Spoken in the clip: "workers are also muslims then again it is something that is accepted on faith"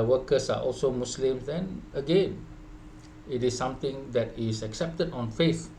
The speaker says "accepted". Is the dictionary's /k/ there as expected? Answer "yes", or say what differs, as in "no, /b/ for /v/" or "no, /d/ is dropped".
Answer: yes